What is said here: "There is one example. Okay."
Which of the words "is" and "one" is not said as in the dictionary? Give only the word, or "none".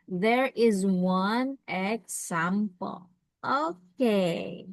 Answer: none